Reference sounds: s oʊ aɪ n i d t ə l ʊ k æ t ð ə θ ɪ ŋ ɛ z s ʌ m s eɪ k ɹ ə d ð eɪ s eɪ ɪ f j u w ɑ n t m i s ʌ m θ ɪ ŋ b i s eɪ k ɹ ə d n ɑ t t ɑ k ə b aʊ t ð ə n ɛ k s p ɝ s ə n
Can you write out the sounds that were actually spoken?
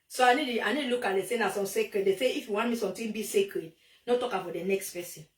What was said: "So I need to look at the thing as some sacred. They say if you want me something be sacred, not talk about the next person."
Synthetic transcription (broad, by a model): s oʊ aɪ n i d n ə l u k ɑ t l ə s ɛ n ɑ s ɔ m s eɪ k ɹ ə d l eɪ s eɪ ɪ f j u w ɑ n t m i s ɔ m t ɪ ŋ b i s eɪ k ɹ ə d n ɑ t t ɑ k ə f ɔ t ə n ɛ k s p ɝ s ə n